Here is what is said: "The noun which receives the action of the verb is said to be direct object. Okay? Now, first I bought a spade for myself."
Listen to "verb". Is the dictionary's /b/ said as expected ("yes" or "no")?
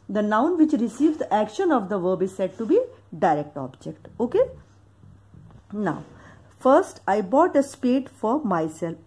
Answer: yes